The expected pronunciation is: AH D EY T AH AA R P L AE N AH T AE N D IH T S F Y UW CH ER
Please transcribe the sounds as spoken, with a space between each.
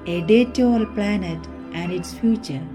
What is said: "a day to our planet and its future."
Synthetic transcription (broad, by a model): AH D EY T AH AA L P L AE N AH T AE N D IH T S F Y UW CH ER